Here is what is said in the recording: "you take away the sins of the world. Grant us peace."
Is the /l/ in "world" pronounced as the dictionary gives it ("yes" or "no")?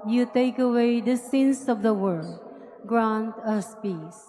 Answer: no